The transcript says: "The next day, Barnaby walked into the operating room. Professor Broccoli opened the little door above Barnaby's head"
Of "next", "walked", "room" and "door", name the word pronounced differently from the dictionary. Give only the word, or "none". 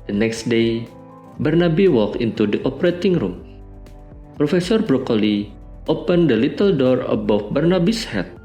walked